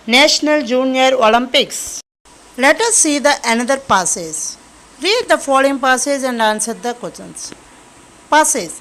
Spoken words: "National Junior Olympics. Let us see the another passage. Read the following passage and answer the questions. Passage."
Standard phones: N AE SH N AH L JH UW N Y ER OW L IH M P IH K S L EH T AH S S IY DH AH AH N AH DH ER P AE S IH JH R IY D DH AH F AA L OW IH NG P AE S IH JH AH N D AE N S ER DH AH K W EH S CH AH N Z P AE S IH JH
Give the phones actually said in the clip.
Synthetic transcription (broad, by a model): N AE SH N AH L JH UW N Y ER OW L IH M P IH K S L EH T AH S S IY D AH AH N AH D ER P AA S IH Z R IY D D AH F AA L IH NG P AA S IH Z AH N D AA N S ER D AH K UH CH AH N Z P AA S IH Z